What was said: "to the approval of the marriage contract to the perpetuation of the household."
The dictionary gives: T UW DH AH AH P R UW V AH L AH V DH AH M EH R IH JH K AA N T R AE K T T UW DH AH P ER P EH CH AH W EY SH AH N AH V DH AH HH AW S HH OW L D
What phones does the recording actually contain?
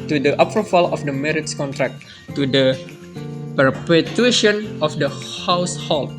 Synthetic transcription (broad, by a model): T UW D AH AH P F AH F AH L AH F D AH M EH R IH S K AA N T R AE K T T UW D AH P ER P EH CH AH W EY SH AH N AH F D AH HH AW S HH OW L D